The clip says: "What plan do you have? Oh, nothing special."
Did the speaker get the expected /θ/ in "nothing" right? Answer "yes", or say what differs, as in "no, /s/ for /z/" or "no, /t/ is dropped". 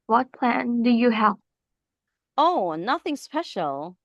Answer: yes